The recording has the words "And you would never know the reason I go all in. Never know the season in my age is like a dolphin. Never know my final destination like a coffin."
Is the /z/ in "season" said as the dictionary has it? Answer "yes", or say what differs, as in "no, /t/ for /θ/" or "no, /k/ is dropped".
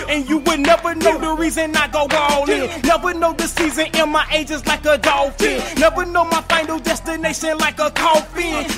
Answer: yes